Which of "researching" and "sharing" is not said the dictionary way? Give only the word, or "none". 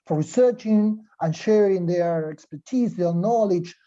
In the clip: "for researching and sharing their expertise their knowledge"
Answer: none